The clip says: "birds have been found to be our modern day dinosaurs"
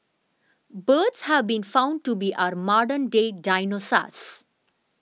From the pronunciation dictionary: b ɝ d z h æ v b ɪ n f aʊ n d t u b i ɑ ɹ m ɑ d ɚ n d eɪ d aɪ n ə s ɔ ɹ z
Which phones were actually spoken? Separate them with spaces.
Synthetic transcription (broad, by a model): b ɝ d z h æ v b ɪ n f aʊ n d t u b i ɑ ɹ m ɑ d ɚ n d eɪ d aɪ n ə s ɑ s